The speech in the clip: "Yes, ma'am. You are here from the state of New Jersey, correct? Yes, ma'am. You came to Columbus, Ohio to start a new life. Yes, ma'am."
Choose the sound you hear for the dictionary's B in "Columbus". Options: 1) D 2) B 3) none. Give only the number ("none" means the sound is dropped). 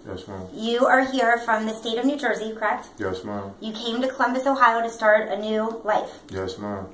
2